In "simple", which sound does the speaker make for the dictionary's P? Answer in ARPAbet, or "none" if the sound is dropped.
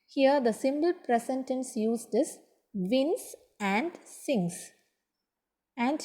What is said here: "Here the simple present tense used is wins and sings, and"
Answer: B